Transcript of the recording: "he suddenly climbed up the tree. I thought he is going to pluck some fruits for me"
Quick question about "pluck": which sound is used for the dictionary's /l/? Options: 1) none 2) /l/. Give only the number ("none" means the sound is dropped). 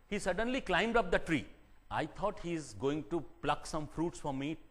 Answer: 2